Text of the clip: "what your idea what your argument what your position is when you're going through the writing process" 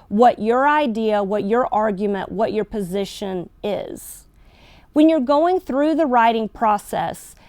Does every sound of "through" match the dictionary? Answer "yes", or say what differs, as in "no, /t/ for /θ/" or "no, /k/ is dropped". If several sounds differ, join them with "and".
yes